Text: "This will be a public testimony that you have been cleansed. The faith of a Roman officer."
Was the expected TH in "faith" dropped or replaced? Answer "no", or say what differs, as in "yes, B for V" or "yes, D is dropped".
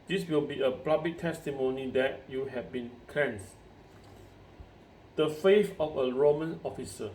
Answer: yes, F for TH